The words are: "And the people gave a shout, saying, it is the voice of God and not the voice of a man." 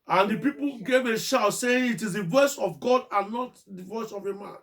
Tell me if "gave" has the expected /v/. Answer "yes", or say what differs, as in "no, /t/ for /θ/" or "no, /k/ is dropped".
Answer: yes